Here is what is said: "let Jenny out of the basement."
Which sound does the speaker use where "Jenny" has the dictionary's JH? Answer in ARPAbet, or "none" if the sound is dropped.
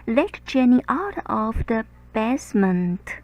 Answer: CH